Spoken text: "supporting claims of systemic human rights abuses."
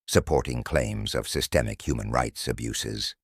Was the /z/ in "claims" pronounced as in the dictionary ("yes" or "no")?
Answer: yes